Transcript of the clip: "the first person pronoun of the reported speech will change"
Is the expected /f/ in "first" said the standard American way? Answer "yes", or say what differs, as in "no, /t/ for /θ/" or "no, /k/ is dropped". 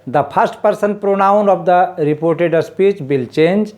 no, /p/ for /f/